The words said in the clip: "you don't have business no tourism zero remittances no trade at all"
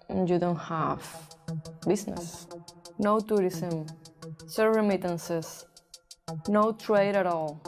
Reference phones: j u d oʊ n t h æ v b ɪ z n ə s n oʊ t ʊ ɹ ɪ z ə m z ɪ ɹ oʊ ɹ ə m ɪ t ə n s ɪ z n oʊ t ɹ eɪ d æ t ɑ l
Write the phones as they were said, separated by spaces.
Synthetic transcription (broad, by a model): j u d oʊ n t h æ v b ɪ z n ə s n oʊ t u ɹ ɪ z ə m s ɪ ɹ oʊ ɹ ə m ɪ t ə n s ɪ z n oʊ t ɹ eɪ d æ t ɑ l